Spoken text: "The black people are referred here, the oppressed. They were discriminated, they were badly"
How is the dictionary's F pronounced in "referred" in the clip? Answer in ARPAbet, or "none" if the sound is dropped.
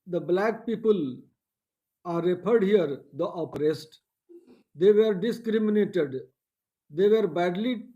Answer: P